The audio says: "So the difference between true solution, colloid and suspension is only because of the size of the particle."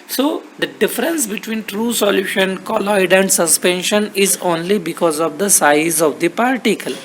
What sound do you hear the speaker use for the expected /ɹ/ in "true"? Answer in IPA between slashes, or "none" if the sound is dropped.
/ɹ/